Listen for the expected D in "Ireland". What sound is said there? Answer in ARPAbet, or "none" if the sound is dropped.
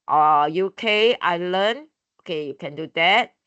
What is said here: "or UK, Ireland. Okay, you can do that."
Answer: none